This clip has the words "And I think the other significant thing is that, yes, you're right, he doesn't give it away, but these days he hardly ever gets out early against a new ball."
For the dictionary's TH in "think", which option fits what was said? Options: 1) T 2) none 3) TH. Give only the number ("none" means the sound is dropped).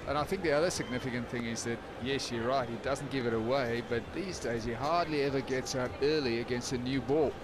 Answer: 3